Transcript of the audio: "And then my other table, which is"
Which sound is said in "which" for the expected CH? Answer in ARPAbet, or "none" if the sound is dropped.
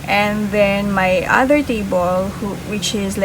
CH